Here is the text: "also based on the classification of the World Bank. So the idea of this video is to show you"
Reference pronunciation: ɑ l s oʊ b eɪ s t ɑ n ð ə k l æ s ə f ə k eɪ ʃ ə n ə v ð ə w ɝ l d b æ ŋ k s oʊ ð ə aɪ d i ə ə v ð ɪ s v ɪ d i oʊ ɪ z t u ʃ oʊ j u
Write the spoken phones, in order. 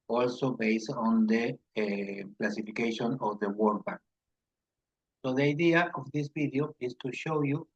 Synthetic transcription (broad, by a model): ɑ l s oʊ b eɪ s t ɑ n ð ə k l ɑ s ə f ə k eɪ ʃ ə n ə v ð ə w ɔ d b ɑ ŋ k s oʊ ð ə aɪ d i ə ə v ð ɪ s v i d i oʊ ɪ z t u ʃ oʊ j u